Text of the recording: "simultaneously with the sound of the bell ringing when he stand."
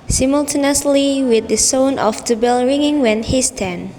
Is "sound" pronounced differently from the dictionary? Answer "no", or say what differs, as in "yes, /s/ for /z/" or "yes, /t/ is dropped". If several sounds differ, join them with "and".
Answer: yes, /d/ is dropped